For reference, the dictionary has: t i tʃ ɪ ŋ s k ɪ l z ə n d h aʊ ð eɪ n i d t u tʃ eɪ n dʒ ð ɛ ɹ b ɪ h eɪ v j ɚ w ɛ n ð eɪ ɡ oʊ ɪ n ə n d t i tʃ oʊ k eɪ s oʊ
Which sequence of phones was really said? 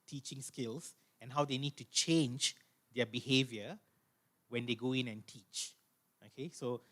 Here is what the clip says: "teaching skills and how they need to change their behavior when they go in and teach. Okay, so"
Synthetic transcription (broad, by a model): t i tʃ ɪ ŋ s k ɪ l s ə n h aʊ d eɪ n i d t u tʃ eɪ n dʒ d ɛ b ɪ h eɪ v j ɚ w ɛ n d eɪ ɡ oʊ ɪ n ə n t i tʃ oʊ k eɪ s oʊ